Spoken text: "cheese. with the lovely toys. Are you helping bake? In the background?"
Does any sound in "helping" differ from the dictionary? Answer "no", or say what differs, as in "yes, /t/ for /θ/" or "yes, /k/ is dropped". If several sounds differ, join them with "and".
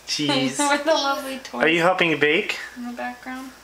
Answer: yes, /l/ is dropped